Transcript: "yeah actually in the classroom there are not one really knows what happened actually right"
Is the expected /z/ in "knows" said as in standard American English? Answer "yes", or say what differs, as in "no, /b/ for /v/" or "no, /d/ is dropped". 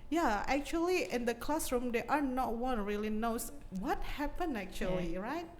no, /s/ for /z/